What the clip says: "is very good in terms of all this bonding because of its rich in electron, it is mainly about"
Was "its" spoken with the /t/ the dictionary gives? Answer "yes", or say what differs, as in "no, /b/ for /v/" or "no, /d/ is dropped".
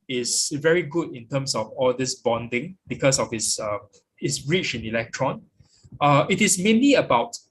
no, /s/ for /t/